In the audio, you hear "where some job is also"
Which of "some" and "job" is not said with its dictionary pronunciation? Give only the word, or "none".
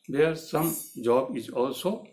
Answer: none